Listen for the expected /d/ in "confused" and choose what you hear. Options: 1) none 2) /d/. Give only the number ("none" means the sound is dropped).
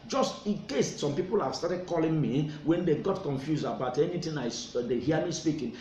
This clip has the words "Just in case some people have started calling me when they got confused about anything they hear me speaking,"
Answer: 1